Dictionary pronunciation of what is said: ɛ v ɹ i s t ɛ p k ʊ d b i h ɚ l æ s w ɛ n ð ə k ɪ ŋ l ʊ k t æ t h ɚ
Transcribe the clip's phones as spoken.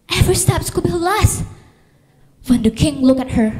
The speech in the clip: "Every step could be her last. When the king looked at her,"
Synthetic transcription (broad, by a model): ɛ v ɹ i s t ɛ p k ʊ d b i l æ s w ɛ n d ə k ɪ ŋ l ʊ k æ t h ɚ